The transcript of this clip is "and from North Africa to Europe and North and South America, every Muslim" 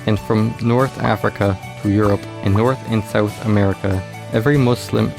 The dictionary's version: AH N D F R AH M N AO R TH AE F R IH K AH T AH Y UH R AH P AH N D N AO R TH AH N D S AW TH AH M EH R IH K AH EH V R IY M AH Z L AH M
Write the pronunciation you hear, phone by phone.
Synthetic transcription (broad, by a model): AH N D F R AH M N AO R TH AE F R IH K AH T AH Y UH R AH P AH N N AO R TH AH N S AW TH AH M EH R IH K AH EH V R IY M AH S L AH M